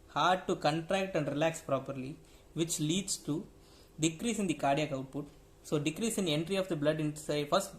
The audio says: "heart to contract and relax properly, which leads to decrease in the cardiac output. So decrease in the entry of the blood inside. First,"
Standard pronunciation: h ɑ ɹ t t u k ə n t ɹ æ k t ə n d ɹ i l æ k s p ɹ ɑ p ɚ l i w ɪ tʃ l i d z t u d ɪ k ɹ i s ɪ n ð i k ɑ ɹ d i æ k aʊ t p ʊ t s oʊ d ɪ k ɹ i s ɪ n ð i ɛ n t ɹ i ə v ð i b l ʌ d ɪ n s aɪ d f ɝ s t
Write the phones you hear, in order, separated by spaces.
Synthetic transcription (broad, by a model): h ɑ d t t u k ə n t ɹ æ k t ə n d ɹ i l æ k s p ɹ ɑ p ɚ l i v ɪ tʃ l i d s t u d ɪ k ɹ i s ɪ n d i k ɑ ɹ d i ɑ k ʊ t p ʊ t s oʊ d ɪ k ɹ i s ɪ n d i ɛ n t ɹ i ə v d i b l ʌ d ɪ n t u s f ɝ s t